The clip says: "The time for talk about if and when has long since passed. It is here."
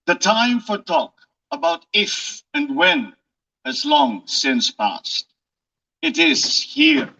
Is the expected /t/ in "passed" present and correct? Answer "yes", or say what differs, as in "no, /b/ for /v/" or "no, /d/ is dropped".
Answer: yes